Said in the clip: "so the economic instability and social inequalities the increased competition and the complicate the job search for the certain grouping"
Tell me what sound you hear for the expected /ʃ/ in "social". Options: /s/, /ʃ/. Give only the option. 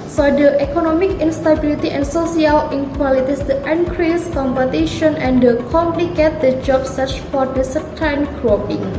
/s/